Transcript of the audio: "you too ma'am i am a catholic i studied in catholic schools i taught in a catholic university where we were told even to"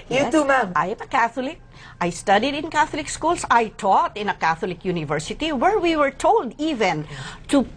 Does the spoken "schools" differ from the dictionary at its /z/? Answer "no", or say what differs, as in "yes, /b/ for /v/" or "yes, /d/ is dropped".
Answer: yes, /s/ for /z/